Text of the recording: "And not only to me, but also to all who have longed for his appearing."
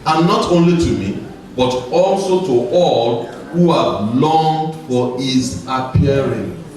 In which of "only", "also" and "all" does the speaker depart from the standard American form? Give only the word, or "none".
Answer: none